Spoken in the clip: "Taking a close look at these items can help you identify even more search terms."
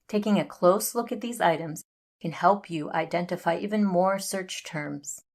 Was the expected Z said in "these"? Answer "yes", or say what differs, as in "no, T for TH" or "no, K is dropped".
yes